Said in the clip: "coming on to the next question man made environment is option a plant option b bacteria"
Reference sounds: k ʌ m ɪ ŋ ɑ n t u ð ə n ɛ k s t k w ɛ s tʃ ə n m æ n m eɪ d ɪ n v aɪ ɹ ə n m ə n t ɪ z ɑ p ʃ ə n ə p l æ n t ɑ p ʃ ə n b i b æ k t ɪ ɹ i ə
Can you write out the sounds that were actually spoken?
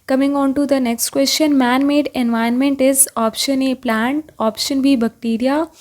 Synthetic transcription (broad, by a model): k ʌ m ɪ ŋ ɑ n t u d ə n ɛ k s t k w ɛ s tʃ ə n m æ n m eɪ d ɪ n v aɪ ə n m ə n t ɪ z ɑ p ʃ ə n ə p l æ n t ɑ p ʃ ə n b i b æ k t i ɹ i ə